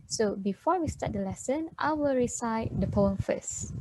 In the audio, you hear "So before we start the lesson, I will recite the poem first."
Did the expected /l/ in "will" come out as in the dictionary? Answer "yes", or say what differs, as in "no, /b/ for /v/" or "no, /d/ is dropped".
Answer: yes